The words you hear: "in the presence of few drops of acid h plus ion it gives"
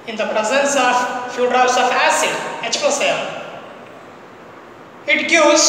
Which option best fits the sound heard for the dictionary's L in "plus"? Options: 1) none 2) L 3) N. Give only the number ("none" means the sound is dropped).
1